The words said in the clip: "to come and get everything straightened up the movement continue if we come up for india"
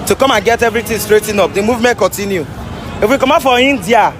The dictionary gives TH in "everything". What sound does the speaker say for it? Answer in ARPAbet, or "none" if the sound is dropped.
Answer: T